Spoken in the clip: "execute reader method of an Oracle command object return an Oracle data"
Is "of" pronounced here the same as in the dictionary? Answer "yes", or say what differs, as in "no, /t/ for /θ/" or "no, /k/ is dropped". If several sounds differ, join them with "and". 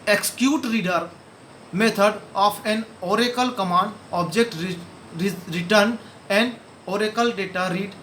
no, /p/ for /v/